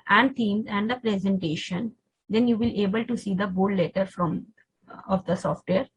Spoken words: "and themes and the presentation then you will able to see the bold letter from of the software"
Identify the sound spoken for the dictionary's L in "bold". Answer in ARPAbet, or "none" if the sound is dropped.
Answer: none